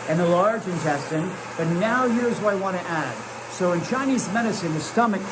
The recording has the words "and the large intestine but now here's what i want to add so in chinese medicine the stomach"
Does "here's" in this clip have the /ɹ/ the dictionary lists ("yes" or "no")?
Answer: yes